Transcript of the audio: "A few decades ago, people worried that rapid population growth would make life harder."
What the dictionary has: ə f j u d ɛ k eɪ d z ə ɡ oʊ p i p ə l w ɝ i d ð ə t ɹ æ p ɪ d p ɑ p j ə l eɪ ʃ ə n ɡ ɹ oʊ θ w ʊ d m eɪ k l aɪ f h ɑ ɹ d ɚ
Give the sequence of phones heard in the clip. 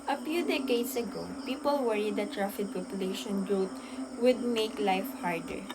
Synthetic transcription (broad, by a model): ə f j u d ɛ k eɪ d s ə ɡ oʊ p i p ə l w ɝ i d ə t ɹ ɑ f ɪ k p ɑ p j ə l eɪ ʃ ə n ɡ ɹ oʊ t w ʊ d m eɪ k l aɪ f h ɑ ɹ d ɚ